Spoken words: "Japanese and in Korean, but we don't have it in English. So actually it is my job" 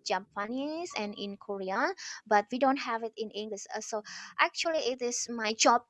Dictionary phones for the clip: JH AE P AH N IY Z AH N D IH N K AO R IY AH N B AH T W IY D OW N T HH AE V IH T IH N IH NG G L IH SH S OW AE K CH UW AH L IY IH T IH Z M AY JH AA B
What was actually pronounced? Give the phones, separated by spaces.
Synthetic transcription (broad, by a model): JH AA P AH N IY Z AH N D IH N K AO R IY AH B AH T W IY D OW N T HH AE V IH T IH N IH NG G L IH S S OW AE K CH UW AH L IY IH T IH S M AY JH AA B